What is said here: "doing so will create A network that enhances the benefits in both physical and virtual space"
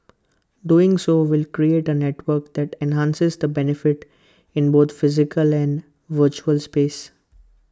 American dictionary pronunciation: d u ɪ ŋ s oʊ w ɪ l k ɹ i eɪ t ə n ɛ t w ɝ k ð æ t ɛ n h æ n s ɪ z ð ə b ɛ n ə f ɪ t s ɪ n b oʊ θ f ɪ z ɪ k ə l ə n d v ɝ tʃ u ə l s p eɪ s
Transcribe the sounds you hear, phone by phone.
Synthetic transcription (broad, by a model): d u ɪ ŋ s oʊ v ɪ l k ɹ i eɪ t ə n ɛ t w ɝ k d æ t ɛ n h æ n s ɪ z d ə b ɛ n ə f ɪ t ɪ n b oʊ t f ɪ z ɪ k ə l ə n d v ɝ tʃ u ə l s p eɪ s